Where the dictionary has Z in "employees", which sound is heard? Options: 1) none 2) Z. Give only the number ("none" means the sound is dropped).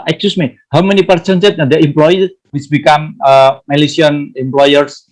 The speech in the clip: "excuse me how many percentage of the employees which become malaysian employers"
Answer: 1